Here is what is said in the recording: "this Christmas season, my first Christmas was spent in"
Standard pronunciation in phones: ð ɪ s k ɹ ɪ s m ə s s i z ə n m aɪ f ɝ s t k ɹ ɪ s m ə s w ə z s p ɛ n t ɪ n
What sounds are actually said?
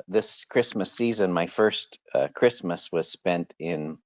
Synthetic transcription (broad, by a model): ð ɪ s k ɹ ɪ s m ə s s i z ə n m aɪ f ɝ s t k ɹ ɪ s m ə s w ə z s p ɛ n t ɪ n